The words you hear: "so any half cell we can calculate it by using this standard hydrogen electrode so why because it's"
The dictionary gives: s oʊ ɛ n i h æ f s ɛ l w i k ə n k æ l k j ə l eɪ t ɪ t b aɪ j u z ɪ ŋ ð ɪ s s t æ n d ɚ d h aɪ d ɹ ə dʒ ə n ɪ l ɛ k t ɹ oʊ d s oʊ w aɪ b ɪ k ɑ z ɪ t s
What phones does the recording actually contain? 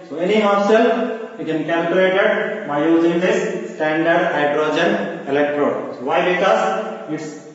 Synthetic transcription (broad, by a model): s oʊ ɛ n i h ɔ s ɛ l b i k ə n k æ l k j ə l eɪ t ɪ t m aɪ j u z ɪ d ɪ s s t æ n d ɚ d h aɪ d ɹ ə dʒ ə n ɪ l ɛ k t ɹ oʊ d s oʊ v aɪ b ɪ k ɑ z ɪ t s